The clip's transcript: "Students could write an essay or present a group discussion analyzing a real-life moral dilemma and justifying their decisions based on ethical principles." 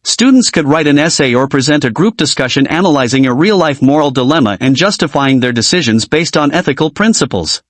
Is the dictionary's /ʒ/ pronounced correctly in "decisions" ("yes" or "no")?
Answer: yes